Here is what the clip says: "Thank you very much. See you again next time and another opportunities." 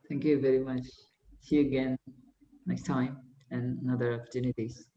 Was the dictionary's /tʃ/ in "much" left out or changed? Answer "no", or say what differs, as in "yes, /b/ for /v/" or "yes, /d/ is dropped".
no